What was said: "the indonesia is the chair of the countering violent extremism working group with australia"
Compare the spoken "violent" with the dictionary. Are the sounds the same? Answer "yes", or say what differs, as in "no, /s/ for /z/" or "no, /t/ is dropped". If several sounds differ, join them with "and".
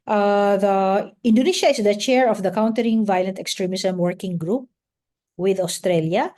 yes